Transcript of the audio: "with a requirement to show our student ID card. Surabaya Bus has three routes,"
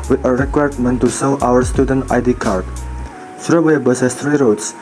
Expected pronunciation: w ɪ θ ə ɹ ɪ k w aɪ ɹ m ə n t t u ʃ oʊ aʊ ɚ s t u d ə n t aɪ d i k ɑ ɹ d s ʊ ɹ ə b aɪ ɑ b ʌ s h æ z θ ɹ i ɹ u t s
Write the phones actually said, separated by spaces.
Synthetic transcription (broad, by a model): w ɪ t ə ɹ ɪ k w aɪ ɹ m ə n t t u s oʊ aʊ ɚ s t u d ə n t aɪ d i k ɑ ɹ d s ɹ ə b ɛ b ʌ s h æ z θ ɹ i ɹ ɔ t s